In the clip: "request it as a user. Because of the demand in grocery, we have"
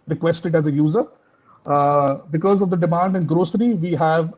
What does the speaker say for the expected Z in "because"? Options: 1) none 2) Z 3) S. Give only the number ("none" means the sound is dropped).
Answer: 2